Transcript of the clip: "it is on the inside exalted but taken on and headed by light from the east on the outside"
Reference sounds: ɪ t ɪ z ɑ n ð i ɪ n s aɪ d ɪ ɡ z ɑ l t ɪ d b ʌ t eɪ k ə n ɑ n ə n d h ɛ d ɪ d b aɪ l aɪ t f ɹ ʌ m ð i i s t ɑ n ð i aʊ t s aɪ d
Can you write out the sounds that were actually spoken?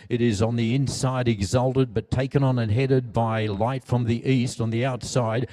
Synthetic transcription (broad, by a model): ɪ t ɪ z n ð i ɪ n s aɪ d ɪ ɡ z ɑ l t ɪ d b ʌ t eɪ k ə n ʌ n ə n h ɛ d ɪ d b aɪ l aɪ t f ɹ ʌ m ð i i s t n ð i aʊ t s aɪ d